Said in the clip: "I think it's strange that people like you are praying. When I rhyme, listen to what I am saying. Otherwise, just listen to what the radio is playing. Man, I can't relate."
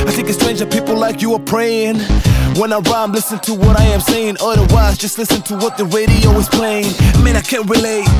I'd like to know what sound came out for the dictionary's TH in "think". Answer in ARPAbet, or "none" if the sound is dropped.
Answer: TH